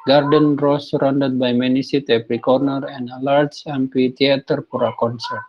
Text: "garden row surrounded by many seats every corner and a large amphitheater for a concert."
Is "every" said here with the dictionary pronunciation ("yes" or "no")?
no